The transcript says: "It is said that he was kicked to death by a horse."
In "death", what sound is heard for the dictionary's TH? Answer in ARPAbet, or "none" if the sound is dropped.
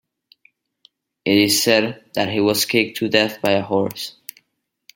TH